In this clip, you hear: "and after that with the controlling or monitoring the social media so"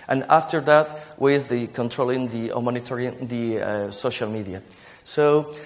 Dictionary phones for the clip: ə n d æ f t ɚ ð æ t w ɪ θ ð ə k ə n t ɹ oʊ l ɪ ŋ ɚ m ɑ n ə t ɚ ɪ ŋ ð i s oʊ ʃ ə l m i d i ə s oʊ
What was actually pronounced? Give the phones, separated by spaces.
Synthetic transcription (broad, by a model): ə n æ f t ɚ ð æ t w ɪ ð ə k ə n t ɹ oʊ l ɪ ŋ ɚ m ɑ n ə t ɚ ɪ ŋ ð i s oʊ ʃ ə l m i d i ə s oʊ